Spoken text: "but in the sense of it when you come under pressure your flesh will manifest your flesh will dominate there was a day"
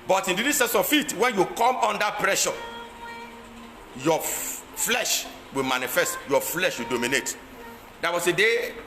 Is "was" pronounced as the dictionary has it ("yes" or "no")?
no